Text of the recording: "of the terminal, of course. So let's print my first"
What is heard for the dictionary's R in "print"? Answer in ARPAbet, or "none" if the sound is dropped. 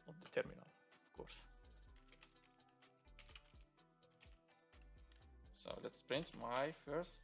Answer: R